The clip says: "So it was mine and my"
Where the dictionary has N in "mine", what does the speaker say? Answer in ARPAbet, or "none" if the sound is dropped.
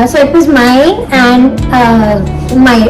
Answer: none